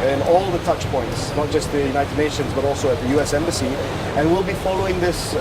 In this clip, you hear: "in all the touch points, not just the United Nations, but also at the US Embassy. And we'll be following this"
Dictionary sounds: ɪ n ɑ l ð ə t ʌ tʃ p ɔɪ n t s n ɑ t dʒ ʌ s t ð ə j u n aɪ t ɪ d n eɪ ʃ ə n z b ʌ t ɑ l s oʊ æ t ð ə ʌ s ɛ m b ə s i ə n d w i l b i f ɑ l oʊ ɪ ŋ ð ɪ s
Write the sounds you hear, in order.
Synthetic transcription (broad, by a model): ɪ n ɑ l ð ə t ʌ tʃ p ɔɪ n t s n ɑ t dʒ ʌ s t ð ə j u n aɪ t ɪ d n eɪ ʃ ə n z b ʌ t ɑ l s oʊ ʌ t ð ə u s ɛ m b ə s i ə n w i l b i f ɑ l oʊ ɪ ŋ ð ɪ s